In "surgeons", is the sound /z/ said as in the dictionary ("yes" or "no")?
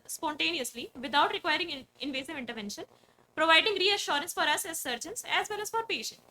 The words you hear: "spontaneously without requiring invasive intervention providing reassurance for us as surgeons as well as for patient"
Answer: no